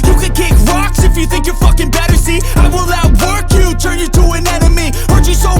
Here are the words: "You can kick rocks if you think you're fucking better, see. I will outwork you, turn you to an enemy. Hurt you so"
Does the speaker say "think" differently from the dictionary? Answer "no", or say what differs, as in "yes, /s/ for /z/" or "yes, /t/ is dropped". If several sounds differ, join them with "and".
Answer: no